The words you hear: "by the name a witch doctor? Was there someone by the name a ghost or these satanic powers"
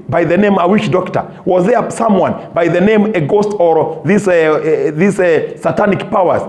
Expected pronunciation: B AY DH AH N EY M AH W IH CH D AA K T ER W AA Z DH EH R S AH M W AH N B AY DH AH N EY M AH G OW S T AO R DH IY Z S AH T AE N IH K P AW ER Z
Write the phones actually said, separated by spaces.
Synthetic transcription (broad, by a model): B AY DH AH N EY M AH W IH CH D AA K T ER W AA Z DH EH R S AH M W AH N B AY DH AH N EY M AH G OW S T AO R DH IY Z S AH T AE N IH K P AW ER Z